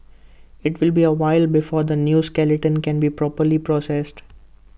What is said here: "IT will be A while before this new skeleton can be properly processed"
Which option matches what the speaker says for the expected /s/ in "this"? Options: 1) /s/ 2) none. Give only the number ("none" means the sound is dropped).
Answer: 2